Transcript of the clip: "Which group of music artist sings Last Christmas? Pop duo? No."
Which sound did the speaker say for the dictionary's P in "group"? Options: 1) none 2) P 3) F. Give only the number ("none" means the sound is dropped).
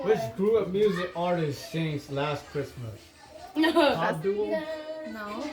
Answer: 1